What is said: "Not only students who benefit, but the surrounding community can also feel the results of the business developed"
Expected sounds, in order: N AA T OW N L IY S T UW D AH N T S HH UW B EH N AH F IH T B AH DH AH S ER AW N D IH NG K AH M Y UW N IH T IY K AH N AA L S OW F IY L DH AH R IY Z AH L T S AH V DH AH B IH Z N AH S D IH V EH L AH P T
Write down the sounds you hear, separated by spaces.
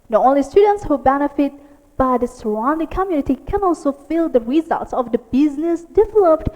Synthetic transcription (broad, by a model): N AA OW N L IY S T UW D AH N T S HH UW B EH N AH F IH T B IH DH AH S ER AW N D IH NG K AH M Y UW N IH T IY K AH N AA L S OW F IY L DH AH R IY Z AH L T S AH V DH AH B IH Z N AH S D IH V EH L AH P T